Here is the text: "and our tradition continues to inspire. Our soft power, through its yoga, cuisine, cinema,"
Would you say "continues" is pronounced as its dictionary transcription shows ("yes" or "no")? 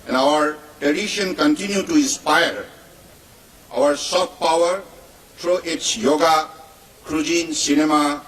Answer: no